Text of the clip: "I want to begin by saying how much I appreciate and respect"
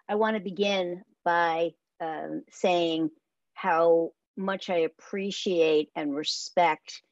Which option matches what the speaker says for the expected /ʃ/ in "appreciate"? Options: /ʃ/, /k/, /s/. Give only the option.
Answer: /ʃ/